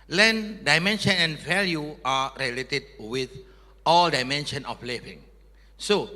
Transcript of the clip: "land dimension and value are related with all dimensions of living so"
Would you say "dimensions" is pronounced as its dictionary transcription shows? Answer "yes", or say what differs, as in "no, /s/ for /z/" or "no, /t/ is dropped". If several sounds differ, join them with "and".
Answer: no, /z/ is dropped